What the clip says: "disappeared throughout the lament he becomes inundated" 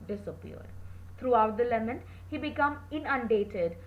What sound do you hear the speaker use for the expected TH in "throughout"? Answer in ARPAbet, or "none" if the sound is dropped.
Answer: T